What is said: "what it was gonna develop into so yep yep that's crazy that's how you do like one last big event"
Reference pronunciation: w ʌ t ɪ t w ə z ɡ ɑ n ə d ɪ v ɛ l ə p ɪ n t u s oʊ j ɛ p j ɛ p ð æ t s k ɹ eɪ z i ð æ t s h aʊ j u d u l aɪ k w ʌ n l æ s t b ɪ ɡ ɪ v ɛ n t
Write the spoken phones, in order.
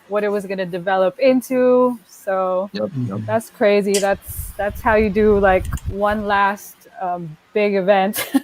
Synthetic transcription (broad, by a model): w ʌ t ɪ t w ə z ɡ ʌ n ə d ɪ v ɛ l ə p ɪ n t u s oʊ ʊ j ð æ t s k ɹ eɪ z i ð æ t s h aʊ j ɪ d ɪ l aɪ k w ʌ n l æ s t b ɪ ɡ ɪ v ɛ n t